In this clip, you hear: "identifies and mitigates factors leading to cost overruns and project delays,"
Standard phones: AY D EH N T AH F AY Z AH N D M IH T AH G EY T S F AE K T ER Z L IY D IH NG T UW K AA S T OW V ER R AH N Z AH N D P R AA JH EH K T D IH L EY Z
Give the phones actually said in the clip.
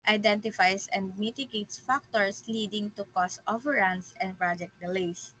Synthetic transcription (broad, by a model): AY D EH N T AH F AY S AH N D M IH T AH G EY T S F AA K T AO S L IY D IH NG T UW K AA S T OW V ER R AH N S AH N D P R AA JH EH K T D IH L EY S